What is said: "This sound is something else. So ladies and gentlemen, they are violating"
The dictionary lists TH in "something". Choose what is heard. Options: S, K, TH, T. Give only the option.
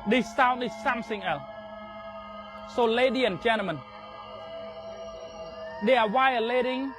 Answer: S